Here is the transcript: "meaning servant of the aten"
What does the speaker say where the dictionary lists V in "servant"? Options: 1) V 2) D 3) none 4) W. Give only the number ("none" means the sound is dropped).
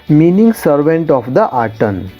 1